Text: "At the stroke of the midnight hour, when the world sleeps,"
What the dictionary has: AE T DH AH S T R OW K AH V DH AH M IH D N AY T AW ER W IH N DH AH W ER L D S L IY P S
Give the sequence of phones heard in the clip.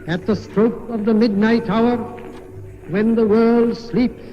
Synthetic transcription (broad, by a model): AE T DH AH S T R OW K AH V DH AH M IH D N AY T AW ER W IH N DH AH W ER L D S L IY P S